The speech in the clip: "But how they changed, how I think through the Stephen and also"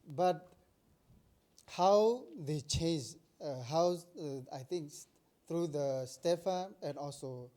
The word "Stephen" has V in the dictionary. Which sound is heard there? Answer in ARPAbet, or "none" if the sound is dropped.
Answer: F